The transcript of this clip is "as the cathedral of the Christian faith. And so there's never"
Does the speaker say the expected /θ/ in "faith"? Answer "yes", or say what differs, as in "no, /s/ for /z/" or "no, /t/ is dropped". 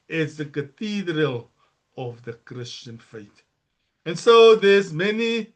no, /t/ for /θ/